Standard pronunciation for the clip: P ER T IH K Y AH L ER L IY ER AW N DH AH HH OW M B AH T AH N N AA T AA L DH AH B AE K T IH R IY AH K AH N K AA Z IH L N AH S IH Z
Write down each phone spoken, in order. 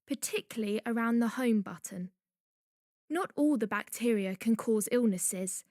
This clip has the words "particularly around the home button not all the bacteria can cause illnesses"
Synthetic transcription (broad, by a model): P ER T IH K Y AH L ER L IY ER AW N DH AH HH OW M B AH T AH N N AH T AA L DH AH B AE K T IH R IY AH K AH N K AA Z IH L N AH S IH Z